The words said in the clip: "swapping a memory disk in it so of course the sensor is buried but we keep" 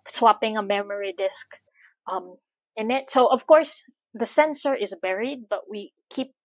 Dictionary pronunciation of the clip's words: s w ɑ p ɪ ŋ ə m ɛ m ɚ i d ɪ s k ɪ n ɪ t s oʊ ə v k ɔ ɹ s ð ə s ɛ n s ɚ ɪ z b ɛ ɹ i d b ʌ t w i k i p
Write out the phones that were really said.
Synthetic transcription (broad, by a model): s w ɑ p ɪ ŋ ə m ɛ m ɚ i d ɪ s k ɪ n ɪ t s oʊ ə v k ɔ ɹ s ð ə s ɛ n s ɚ ɪ z b ɛ ɹ i d b ʌ t w i k i p